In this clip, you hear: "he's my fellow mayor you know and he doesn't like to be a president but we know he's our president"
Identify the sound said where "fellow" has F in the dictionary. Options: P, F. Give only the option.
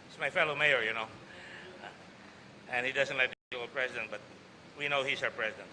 F